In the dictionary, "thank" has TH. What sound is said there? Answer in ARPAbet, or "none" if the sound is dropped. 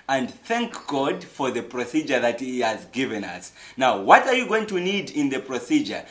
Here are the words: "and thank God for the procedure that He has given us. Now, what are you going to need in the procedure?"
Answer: TH